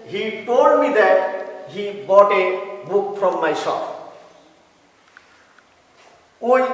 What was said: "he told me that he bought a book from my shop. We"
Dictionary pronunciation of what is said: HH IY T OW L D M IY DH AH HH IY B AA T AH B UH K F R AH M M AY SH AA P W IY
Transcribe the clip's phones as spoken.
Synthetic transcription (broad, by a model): HH IY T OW D M IY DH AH HH IY B AA T AH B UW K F R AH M M AY S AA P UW